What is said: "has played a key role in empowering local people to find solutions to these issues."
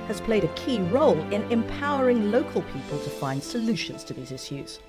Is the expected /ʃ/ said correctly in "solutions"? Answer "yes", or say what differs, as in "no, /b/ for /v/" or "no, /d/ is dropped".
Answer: yes